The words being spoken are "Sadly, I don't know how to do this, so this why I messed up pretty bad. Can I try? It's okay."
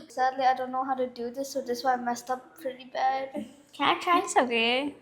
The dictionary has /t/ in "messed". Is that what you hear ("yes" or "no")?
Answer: yes